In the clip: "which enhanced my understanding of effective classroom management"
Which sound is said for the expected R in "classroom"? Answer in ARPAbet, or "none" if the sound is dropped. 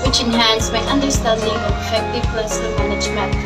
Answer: none